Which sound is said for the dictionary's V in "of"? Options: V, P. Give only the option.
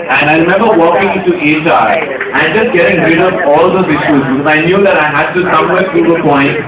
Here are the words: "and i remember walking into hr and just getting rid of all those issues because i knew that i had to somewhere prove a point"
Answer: P